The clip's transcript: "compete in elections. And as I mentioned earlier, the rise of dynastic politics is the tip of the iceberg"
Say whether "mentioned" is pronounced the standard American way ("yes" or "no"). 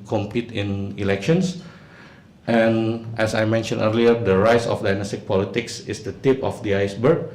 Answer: no